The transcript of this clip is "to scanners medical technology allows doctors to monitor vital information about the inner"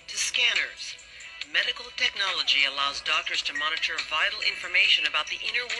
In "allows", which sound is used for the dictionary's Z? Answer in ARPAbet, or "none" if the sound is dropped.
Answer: Z